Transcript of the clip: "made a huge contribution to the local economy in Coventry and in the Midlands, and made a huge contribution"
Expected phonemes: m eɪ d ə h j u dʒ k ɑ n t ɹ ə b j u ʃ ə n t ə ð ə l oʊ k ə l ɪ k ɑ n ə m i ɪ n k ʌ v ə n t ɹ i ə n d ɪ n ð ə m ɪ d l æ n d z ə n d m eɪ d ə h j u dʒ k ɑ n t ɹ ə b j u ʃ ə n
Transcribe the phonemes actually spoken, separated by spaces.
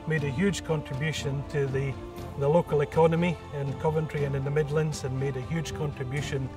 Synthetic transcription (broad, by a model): m eɪ d ə h j u dʒ k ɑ n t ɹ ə b j u ʃ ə n t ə ð ə l oʊ k ə l ɪ k ɑ n ə m i ɪ n k ʌ v ə n t ɹ i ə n ɪ n ð ə m ɪ d l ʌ n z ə n m eɪ d ə h j u dʒ k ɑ n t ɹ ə b j u ʃ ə n